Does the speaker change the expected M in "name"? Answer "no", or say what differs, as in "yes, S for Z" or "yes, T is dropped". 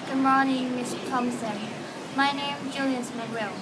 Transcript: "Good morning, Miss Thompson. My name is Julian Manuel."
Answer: yes, M is dropped